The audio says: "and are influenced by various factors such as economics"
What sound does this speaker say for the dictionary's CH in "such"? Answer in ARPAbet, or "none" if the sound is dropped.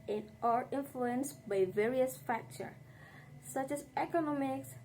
CH